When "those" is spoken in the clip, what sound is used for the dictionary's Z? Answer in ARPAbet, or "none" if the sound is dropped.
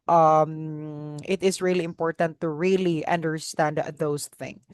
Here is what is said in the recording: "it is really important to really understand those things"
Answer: S